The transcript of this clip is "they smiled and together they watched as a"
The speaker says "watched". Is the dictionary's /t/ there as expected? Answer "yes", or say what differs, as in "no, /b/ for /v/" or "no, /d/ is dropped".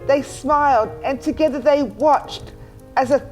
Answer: yes